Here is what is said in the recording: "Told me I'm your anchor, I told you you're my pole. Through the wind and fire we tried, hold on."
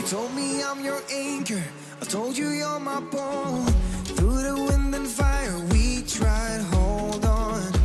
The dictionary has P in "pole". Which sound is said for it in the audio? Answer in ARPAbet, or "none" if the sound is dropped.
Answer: B